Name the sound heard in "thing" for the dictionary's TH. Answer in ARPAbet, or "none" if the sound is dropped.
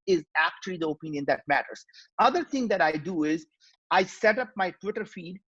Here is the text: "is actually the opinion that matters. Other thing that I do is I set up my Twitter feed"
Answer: T